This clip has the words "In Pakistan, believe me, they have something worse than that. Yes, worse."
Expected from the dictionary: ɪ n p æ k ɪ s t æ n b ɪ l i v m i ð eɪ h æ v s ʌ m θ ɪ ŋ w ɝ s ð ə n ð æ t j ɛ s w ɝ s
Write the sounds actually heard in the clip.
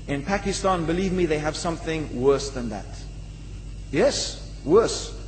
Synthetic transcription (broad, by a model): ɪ n p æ k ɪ s t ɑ n b ɪ l i v m i ð eɪ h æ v s ʌ m θ ɪ ŋ w ɝ s ð ə n ð æ t j ɛ s w ɝ s